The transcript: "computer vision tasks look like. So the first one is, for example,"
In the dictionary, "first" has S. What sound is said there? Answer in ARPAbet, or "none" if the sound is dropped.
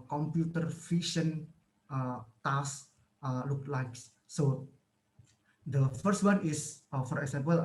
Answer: S